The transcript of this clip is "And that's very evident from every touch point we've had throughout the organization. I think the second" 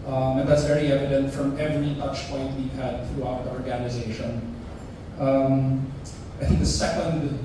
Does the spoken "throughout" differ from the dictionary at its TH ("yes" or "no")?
no